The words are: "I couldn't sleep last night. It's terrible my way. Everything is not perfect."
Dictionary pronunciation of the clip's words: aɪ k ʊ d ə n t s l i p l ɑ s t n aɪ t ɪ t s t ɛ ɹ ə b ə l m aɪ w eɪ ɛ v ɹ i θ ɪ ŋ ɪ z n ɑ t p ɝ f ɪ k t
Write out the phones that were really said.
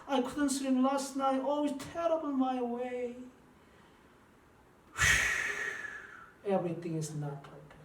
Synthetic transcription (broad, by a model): aɪ k ʊ d ə n t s i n l ɑ s t n aɪ t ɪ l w t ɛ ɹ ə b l m aɪ w eɪ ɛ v ɹ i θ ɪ ŋ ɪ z n ɑ t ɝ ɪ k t